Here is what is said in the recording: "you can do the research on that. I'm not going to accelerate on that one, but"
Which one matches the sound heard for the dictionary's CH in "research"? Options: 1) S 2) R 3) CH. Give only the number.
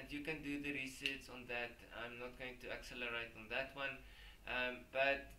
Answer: 1